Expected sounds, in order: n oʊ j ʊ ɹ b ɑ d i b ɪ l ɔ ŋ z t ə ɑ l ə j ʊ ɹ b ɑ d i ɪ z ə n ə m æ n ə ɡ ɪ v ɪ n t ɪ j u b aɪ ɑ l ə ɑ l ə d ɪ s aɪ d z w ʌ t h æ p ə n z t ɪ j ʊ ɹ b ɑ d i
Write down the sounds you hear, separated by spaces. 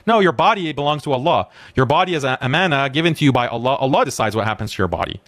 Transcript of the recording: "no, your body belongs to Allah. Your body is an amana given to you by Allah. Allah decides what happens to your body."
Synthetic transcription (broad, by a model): n oʊ j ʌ ɹ b ɑ d i b ɪ l ɔ ŋ z t ə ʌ l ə j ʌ ɹ b ɑ d i ɪ z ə ə m æ n ə ɡ ɪ v ɪ n t ɪ j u b aɪ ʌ l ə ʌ l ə d ɪ s aɪ d z w ʌ t h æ p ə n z t ɪ j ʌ ɹ b ɑ d i